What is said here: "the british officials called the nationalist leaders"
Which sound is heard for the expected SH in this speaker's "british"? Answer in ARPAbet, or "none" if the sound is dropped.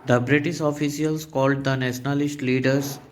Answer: S